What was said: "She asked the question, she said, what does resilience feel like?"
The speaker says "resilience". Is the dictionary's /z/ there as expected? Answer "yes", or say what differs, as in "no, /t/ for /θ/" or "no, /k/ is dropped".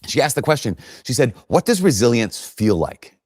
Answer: yes